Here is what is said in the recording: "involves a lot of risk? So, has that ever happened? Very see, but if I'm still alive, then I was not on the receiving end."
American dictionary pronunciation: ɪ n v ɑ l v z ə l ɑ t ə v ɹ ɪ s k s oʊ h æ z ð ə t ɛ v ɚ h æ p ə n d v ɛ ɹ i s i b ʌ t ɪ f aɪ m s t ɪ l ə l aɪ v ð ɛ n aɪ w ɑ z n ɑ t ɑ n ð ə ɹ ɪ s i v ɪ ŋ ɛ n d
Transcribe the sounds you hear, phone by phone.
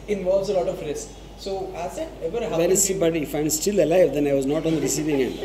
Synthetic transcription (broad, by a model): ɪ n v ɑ l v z ə l ɑ t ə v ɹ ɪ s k s oʊ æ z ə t ɛ v ɚ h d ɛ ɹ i s i b ʌ t ɪ f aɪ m s t ɪ l ə l aɪ v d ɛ n aɪ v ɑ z n ɑ t ɑ n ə ɹ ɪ s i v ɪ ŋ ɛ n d